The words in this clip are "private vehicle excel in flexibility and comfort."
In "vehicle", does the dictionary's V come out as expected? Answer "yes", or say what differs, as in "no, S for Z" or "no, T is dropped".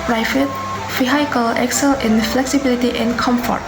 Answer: no, F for V